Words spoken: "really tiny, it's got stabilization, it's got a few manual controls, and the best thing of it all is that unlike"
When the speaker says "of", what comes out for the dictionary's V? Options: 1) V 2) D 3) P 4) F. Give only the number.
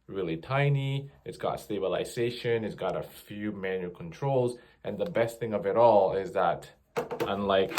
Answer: 1